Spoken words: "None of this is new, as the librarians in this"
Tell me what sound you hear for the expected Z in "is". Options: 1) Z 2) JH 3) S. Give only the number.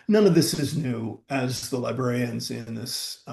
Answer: 1